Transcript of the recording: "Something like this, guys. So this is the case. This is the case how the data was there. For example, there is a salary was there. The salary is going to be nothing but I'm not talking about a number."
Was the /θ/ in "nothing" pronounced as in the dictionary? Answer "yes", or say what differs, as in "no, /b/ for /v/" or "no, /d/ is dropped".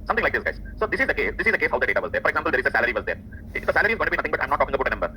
no, /t/ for /θ/